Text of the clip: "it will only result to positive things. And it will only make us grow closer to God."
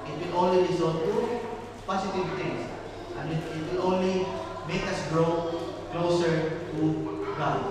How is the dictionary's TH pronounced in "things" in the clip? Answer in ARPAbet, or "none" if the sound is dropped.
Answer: T